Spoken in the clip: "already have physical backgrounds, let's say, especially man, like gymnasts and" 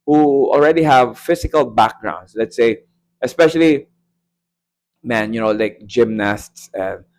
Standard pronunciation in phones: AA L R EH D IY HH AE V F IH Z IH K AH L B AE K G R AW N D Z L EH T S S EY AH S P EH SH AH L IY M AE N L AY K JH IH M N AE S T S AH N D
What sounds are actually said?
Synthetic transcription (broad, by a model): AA L R EH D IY HH AE V F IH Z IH K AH L B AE K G R AW N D S L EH T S S EY AH S P EH SH AH L IY M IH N L AY K JH IH M N AE S T S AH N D